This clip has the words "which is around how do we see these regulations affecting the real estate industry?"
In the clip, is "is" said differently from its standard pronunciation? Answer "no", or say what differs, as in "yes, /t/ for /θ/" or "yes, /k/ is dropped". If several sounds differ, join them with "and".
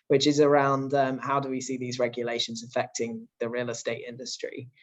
no